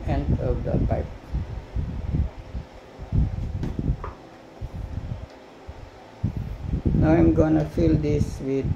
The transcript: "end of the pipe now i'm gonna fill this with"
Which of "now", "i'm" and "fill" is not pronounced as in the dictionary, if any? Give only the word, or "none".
none